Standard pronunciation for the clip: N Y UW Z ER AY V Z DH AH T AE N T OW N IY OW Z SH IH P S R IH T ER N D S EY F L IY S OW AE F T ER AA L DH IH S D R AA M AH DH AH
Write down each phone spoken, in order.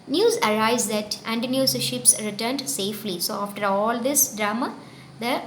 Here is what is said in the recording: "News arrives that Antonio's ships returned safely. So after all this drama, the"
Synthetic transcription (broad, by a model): N Y UW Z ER AY Z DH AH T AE N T N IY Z SH IH P S R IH T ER N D S EY F L IY S OW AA F T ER AA L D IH S D R AA M AH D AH